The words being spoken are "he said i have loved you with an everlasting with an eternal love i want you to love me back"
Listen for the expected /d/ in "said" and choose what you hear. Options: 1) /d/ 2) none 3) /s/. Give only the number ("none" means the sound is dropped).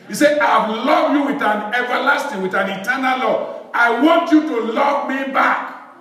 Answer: 2